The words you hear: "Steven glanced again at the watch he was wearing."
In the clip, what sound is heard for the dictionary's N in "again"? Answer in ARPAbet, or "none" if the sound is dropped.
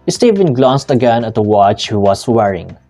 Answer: N